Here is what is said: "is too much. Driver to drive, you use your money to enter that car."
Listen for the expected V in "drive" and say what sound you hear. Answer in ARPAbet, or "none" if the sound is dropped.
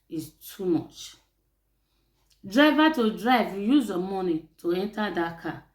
V